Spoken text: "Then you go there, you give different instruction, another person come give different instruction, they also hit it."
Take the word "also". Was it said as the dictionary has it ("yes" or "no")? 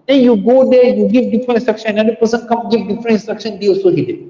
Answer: no